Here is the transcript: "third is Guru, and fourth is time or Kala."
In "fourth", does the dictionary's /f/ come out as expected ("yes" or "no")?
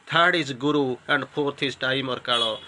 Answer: no